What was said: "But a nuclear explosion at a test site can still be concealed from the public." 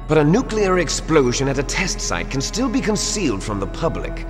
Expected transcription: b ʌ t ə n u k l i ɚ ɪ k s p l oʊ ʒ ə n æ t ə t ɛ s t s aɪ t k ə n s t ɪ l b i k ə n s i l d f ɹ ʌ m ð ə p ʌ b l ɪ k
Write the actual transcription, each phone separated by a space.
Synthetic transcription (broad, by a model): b ʌ t ə n u k l i ɚ ɪ k s p l oʊ ʒ ə n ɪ t ə t ɛ s t s aɪ t k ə n s t ɪ l b i k ə n s i l d f ɹ ʌ m ð ə p ʌ b l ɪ k